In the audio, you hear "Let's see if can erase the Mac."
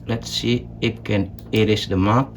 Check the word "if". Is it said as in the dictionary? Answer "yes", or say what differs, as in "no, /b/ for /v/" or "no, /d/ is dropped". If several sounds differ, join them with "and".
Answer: no, /p/ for /f/